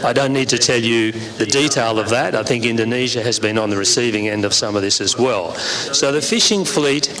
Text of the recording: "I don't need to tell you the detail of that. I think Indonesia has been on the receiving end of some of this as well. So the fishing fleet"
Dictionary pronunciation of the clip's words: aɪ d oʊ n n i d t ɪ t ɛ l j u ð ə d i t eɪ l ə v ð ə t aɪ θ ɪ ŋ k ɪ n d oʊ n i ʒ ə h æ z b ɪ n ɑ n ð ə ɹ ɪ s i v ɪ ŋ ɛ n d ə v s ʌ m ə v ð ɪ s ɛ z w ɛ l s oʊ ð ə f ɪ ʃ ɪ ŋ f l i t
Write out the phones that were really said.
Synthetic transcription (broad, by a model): aɪ d oʊ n n i d t ɪ t ɛ l j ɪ ð ə d i t eɪ l ə v ð ə t aɪ θ ɪ ŋ k ɪ n d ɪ n i ʒ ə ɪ z b ɪ n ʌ n ð ə ɹ ɪ s i v ɪ ŋ ɛ n d ə v s ʌ m ə v ð ɪ s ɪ z w ɛ l s oʊ ð ə f ɪ ʃ ɪ ŋ f l i t